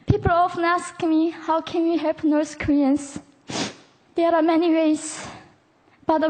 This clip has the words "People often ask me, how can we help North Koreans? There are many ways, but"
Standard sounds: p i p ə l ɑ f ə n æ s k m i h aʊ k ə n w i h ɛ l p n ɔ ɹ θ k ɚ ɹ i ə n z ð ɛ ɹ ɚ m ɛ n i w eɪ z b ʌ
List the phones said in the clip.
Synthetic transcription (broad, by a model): p i p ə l ɑ f ə n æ s k m i h aʊ k ə n w i h ɛ l p n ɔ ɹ s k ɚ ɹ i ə n s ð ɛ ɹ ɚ m ɛ n i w eɪ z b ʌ